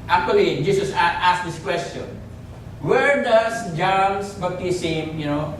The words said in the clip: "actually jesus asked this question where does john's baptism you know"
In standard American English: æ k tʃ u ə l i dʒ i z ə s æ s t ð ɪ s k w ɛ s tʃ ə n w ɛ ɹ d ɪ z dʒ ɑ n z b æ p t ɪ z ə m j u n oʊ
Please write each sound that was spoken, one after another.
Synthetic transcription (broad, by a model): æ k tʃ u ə l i dʒ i s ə s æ s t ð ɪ s k w ɛ s tʃ ə n w ɛ ɹ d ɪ s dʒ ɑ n s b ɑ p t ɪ s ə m j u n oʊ